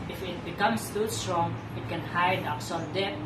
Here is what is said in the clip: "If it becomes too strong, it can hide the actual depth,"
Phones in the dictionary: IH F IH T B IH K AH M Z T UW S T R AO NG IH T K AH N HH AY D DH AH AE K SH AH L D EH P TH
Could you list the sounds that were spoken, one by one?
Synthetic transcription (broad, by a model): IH F IH T B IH K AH M S T UW S T R AO NG IH T K AH N HH AY D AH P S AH N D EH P